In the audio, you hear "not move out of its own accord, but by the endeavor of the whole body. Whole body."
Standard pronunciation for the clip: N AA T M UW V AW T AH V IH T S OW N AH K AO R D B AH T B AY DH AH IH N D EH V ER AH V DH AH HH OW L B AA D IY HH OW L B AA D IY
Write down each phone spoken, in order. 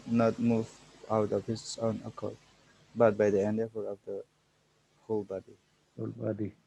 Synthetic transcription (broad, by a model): N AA T M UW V AW T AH P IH S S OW N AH K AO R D B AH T B AY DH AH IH N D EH F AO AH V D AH HH OW L B AA D IY HH OW L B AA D IY